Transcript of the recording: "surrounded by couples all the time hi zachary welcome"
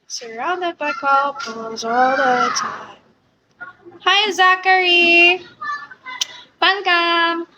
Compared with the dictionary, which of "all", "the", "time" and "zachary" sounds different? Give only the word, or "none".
none